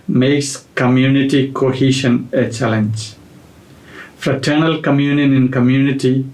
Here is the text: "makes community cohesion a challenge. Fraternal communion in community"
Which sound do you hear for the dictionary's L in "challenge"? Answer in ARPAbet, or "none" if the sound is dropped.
L